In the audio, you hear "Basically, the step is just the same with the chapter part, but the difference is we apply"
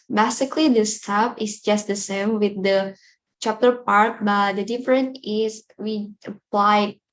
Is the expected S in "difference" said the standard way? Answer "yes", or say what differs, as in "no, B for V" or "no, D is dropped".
no, S is dropped